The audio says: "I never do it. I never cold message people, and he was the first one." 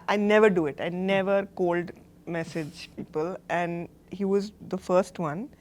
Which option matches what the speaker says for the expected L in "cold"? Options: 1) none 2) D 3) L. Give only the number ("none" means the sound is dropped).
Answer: 3